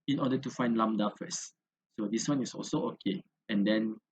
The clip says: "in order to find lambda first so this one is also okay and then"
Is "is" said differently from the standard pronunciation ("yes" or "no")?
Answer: yes